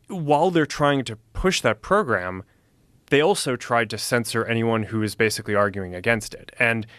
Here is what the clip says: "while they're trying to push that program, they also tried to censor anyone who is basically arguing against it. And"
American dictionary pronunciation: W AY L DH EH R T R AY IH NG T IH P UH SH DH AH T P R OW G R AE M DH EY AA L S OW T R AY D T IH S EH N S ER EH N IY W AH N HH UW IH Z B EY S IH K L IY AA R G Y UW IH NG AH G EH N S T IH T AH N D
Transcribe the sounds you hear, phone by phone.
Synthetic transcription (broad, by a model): W AY L DH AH R T R AY IH NG T IH P UH SH DH AH T P R OW G R AE M DH EY AA L S OW T R AY D T IH S EH N S ER EH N IY W AH N HH UW IH Z B EY S IH K L IY AA R G Y UW IH NG AH G EH N S T IH T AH N